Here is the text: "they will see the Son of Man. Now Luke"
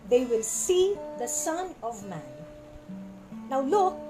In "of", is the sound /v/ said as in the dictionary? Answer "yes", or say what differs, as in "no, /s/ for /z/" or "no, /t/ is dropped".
yes